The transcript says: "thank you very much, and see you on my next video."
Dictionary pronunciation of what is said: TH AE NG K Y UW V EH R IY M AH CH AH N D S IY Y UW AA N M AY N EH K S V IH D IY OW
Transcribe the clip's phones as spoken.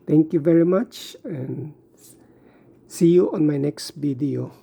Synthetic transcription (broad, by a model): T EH NG K Y UW V EH R IY M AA CH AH N S IY Y UW AA N M AY N EH K S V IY D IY OW